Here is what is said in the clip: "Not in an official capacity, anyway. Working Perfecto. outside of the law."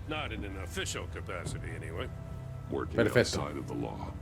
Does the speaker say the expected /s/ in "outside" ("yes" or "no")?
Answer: no